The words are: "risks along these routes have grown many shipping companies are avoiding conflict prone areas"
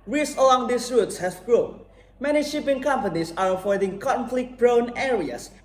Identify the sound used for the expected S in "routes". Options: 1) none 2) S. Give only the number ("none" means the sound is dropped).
2